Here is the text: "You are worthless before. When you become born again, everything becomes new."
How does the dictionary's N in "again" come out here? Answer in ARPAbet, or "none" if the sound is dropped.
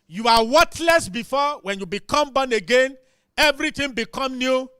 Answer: N